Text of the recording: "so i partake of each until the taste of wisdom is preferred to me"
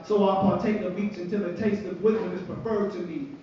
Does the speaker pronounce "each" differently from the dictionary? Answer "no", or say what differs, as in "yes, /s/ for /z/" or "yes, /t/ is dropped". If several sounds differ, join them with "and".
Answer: yes, /s/ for /tʃ/